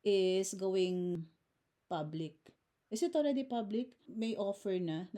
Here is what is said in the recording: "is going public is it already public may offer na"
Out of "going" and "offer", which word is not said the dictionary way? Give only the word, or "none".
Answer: none